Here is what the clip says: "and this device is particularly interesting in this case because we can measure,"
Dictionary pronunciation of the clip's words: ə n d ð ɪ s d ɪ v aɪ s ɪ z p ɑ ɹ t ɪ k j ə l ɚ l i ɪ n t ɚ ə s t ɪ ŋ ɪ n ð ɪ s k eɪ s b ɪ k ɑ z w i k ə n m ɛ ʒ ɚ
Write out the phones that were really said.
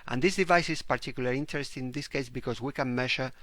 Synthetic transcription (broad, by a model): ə n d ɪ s d ɪ v aɪ s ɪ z p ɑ ɹ t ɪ k j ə l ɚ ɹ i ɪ n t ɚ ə s t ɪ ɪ n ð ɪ s k eɪ s b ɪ k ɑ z w i k ə n m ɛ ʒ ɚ